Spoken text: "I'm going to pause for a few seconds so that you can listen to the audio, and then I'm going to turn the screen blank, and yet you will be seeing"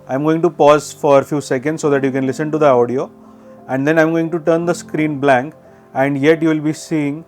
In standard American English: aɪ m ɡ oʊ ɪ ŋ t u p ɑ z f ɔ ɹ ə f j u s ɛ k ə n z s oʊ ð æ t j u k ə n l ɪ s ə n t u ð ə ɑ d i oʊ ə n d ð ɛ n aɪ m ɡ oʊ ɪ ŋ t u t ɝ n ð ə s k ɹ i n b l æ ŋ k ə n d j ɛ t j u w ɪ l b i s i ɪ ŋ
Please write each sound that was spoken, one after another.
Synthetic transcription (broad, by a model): aɪ m ɡ oʊ ɪ ŋ t u p ɑ z f ɔ ɹ ə f j u s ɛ k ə n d s oʊ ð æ t j u k ə n l ɪ s ə n t u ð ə ɑ d i oʊ ə n d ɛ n aɪ m ɡ oʊ ɪ ŋ t u t ɝ n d ə s k ɹ i n b l æ ŋ k ə n d j ɛ t j u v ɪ l b i s i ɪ ŋ